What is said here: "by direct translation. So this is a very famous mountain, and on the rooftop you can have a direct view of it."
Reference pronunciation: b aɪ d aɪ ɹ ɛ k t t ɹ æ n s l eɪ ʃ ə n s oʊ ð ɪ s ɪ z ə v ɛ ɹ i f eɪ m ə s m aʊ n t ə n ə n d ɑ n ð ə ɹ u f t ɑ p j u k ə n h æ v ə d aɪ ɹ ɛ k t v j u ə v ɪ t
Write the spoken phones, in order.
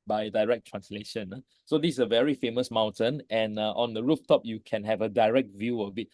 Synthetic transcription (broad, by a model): b aɪ d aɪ ɹ ɛ k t t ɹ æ n s l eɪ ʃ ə n s oʊ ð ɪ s ə v ɛ ɹ i f eɪ m ə s m aʊ n t ə n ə n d ɑ n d ə ɹ u f t ɑ p j u k ə n h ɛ v ə d aɪ ɹ ɛ k t v j u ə b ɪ t